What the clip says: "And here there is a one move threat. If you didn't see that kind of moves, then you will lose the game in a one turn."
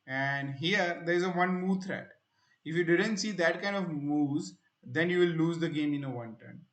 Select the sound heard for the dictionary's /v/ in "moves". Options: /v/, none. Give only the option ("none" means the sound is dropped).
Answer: none